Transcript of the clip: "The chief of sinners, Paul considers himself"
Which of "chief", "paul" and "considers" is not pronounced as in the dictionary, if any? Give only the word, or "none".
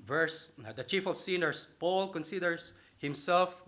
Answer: considers